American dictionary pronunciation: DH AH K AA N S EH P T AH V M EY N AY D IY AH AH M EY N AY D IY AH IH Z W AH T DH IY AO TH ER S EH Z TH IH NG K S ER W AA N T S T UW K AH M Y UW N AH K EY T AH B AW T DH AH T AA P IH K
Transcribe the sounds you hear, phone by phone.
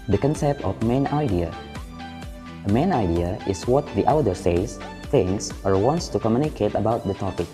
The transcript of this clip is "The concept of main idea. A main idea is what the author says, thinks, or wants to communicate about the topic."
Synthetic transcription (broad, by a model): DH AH K AA N S EH P T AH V M EY N AY D IY AH AH M EY N AY D IY AH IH S W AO T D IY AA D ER S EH S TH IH NG S ER W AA N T S T UW K AH M Y UW N AH K EY T AH B AW T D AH T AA P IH K